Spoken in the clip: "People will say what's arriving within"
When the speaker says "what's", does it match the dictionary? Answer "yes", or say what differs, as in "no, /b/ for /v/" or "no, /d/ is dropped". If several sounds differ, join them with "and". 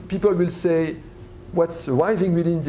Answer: yes